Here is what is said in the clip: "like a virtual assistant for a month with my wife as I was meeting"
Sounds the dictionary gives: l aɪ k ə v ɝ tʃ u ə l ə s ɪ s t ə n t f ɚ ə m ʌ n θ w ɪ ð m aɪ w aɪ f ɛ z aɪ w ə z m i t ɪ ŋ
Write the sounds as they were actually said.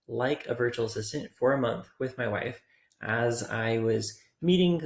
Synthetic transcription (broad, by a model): l aɪ k ə v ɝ tʃ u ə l ə s ɪ s t ə n t f ɚ ə m ʌ n θ w ɪ ð m aɪ w aɪ f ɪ z aɪ w ə z m i t ɪ ŋ